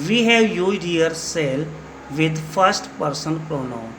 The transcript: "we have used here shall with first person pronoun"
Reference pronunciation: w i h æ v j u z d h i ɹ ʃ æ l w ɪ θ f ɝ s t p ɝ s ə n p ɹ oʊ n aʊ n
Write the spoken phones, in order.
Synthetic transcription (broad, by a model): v i h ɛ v j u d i ɹ s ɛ l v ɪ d f ɝ s t p ɝ s ə n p ɹ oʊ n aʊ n